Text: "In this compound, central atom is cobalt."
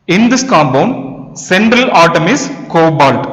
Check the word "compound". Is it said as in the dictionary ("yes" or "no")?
no